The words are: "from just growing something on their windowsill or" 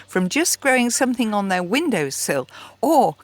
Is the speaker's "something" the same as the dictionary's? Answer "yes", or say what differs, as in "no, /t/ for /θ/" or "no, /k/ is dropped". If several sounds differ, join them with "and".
yes